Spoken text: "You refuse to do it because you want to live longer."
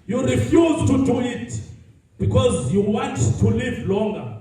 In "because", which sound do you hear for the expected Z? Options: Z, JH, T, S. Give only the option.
Z